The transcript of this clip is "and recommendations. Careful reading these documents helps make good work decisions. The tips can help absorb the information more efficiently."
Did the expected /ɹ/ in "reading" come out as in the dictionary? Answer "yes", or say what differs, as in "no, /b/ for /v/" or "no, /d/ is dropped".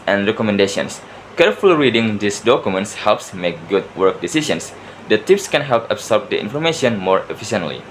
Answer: yes